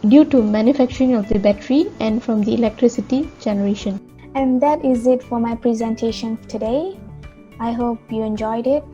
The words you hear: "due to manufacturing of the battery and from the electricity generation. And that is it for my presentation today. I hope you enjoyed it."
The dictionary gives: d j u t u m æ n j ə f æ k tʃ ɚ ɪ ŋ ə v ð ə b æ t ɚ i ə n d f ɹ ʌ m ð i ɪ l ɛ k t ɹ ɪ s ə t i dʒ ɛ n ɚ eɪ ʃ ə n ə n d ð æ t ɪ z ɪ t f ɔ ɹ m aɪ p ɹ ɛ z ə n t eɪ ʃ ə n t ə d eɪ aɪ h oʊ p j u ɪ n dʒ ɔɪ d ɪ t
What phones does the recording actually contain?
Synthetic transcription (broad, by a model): d j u t u m æ n j ə f æ k tʃ ɚ ɪ ŋ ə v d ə b æ t ɚ i ə n d f ɹ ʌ m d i ɪ l ɛ k t ɹ ɪ s ə t i dʒ ɛ n ɚ eɪ ʃ ə n ə n d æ t ɪ z ɪ t f ɔ ɹ m aɪ p ɹ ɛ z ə n t eɪ ʃ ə n t ə d eɪ aɪ h oʊ p j u ɪ n dʒ ɔɪ d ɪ t